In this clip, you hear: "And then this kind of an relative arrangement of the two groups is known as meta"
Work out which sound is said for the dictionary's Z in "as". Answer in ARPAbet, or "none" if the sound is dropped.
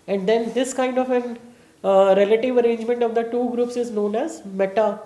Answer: Z